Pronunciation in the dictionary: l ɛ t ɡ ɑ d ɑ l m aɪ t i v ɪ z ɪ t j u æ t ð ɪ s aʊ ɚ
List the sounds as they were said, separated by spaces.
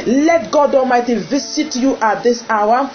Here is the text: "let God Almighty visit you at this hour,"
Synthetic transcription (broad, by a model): l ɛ t ɡ ɑ d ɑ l m aɪ t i v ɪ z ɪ t j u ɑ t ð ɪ s aʊ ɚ